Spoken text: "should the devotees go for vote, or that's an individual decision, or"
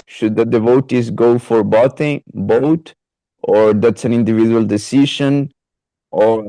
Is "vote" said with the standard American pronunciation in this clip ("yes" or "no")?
no